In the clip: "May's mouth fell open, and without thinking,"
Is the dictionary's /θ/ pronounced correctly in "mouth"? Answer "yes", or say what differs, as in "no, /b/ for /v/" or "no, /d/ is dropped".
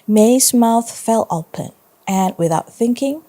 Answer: yes